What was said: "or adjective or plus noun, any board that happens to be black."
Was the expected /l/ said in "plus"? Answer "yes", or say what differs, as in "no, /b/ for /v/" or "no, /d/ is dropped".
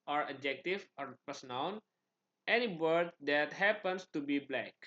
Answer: no, /l/ is dropped